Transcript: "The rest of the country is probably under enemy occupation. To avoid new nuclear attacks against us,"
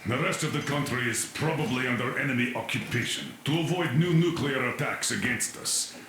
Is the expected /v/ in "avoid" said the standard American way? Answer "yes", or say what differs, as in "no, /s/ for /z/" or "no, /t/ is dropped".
yes